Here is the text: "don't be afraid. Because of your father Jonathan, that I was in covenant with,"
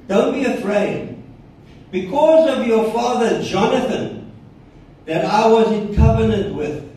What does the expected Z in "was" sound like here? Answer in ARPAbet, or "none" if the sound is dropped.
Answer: Z